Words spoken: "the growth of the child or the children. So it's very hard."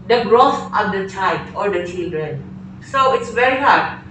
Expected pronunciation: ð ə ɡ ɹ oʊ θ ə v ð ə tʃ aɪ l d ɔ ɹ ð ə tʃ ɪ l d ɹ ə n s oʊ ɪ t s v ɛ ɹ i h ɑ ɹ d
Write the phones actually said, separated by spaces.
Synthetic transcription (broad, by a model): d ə ɡ ɹ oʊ f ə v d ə tʃ aɪ l d ɔ ɹ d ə tʃ ɪ l d ɹ ə n s oʊ ɪ t s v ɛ ɹ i h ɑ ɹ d